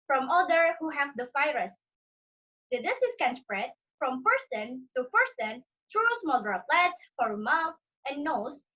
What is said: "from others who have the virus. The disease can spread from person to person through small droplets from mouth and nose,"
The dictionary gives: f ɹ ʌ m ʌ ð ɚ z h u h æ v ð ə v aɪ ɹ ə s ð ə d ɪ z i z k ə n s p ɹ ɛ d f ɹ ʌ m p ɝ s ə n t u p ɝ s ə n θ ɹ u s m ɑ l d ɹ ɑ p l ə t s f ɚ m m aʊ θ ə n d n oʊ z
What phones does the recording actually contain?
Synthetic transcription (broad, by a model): f ɹ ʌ m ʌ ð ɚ h u h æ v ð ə f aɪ ɹ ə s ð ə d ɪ s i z k ə n s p ɹ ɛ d f ɹ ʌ m p ɝ s ə n t u p ɝ s ə n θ ɹ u s m ɑ l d ɹ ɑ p l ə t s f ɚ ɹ m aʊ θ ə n n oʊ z